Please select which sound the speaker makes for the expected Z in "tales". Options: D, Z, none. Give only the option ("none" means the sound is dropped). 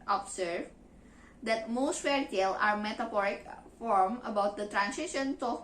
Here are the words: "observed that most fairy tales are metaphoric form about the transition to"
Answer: none